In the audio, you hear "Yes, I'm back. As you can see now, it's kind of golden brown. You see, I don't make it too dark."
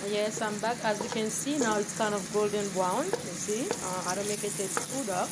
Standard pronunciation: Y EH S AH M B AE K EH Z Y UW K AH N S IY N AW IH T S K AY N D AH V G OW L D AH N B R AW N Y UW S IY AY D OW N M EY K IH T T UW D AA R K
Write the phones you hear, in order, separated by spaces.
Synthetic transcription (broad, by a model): Y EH S AH M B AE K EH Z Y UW K AH N S IY N AW IH T S K AY N D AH F G OW L D AH N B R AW N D S IY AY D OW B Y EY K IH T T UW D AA